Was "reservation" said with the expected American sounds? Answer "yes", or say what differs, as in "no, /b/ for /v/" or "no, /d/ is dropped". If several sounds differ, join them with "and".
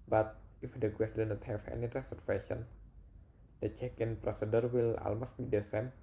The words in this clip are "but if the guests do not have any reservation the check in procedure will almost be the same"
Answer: no, /s/ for /z/ and /f/ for /v/